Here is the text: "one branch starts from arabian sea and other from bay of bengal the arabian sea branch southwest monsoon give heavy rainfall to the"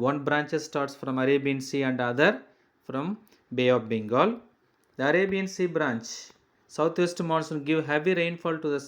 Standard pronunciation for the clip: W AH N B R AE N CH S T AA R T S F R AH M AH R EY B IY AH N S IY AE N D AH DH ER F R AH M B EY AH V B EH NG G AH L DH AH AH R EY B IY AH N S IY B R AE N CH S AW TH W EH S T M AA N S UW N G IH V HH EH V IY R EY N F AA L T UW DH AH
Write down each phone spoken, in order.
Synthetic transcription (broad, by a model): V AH N B R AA N CH S T AA R T S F R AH M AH R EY B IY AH N S IY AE N D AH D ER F R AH M B EY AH P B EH NG G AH L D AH AH R EY B IY AH N S IY B R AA N CH S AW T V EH S T M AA N S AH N G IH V HH EH V IY R EY N F AA L T UW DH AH